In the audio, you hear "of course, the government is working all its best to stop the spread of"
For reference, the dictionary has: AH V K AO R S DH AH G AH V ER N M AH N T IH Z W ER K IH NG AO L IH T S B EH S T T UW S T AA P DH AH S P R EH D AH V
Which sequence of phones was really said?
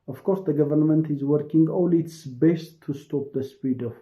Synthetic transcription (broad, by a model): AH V K AO R S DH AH G AH V ER N M AH N T IH Z W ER K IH NG AO L IH T S B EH S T T UW S T AA P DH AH S P IY D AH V